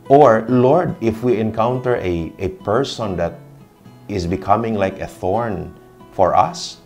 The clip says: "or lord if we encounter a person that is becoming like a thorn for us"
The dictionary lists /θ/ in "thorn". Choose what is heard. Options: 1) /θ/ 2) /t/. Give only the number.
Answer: 1